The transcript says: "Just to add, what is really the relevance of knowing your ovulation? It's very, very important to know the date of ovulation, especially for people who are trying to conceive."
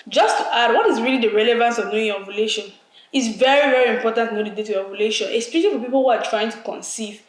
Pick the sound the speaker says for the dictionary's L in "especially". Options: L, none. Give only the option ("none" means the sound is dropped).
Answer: none